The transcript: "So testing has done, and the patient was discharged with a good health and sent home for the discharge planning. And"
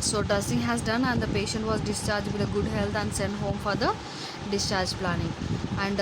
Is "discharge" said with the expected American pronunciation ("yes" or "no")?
yes